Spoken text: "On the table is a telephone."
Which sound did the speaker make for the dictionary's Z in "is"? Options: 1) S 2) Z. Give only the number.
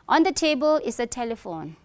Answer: 1